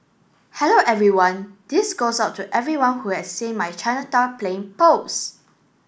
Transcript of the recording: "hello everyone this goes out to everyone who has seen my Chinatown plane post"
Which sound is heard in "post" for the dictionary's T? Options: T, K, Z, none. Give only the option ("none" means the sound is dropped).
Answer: none